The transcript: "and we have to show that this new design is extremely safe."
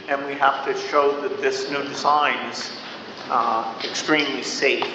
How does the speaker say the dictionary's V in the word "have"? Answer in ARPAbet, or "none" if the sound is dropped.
F